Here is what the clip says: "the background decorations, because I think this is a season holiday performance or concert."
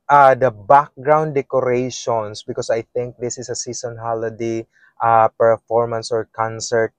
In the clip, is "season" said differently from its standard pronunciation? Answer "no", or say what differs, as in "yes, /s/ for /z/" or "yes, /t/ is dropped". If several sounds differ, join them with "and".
yes, /s/ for /z/